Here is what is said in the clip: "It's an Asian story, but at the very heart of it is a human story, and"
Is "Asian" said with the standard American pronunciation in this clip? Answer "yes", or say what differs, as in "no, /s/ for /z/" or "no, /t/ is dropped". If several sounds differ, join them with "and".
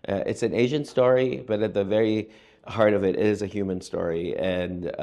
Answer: yes